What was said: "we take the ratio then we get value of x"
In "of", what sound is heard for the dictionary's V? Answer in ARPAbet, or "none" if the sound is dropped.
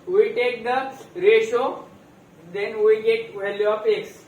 P